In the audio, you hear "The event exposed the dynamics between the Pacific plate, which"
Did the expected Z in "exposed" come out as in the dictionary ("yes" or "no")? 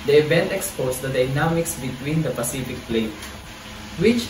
no